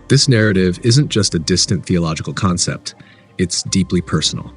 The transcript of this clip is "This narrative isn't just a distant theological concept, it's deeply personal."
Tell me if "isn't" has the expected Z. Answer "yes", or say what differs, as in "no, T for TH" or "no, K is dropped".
yes